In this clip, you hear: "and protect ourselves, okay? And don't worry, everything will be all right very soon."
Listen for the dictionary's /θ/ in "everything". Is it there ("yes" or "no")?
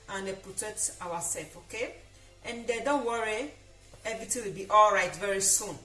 no